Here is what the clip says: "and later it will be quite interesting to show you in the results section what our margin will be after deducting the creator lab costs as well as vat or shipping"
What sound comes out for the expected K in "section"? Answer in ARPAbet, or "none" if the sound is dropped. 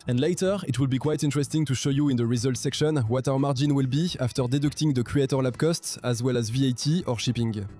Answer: K